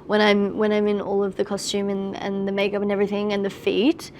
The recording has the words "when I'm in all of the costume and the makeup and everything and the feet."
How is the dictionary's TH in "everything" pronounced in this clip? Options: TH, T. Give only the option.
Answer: TH